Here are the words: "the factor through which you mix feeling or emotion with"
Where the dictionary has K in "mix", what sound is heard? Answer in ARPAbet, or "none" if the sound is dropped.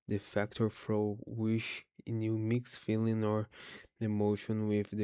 K